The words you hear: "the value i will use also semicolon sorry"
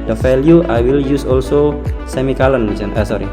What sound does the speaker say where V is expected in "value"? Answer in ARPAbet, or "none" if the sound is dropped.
F